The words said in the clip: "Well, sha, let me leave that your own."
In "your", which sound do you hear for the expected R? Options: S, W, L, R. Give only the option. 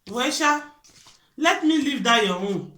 W